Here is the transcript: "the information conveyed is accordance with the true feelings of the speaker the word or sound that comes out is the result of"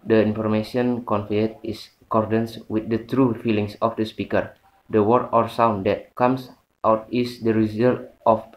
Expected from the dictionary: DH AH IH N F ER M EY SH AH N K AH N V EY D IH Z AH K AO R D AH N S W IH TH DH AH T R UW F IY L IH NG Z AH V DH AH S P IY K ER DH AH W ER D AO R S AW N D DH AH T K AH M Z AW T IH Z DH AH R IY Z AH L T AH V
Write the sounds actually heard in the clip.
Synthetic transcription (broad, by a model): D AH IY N F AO M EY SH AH N K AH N F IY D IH S AH K AO R D AH N S W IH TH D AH T R UW F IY L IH NG S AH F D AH S P IY K ER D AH W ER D AO R S AW N D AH T K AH M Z AW T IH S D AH R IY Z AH L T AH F